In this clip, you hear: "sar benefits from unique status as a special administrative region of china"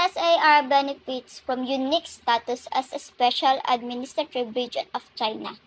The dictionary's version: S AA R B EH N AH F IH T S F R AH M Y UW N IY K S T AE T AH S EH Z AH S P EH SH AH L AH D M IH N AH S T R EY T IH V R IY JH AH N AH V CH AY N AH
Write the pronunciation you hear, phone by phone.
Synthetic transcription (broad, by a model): S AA R B EH N AH F IH T S F R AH M Y UW N IY K S T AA T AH S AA S AH S P EH SH AH L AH D M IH N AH S T R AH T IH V R IY JH AH N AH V CH AY N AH